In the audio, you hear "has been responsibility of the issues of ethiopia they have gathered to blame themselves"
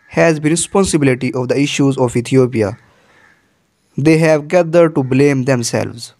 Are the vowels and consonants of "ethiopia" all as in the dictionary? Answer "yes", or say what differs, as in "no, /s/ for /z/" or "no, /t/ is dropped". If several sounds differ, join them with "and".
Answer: no, /t/ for /θ/